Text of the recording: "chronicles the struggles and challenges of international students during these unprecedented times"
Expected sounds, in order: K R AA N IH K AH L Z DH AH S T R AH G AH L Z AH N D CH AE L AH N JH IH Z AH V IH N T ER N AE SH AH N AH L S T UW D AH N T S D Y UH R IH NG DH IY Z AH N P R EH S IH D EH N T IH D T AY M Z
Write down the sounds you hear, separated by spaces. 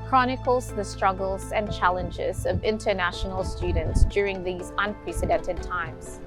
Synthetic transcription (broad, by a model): K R AA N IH K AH L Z DH AH S T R AH G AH L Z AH N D CH AE L AH N JH IH Z AH V IH N T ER N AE SH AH N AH L S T UW D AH N T S D Y UH R IH NG DH IY Z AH N P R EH S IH D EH N T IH D T AY M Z